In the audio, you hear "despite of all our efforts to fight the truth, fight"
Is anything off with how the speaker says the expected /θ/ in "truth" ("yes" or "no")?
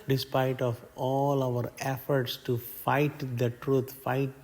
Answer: yes